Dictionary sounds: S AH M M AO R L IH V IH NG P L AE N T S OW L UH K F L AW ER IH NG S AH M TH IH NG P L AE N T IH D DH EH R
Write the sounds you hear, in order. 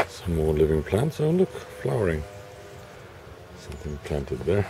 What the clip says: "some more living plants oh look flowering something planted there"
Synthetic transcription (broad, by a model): S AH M M AO R L IH V IH NG P L AE N T S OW L UH K F L AW ER IH NG S AH M TH IH NG P L AE N T IH D DH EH R